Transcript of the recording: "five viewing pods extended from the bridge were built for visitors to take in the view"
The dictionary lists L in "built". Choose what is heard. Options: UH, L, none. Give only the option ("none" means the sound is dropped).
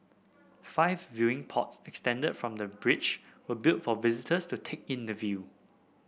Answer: L